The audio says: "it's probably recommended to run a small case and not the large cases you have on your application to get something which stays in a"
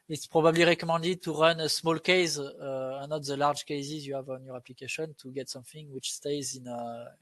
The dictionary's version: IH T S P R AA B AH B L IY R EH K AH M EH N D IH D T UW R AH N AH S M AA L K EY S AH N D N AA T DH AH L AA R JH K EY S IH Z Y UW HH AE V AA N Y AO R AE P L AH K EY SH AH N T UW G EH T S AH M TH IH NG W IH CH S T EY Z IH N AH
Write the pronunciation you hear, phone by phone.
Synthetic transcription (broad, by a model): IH T S P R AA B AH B L IY R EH K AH M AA D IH T UW R AH N AH S M AA L K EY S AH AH N AA T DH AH L AA R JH K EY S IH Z Y UW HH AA V AA N Y AO R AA P L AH K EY SH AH N T UW G EH T S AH M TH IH NG W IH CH S T EY Z IH N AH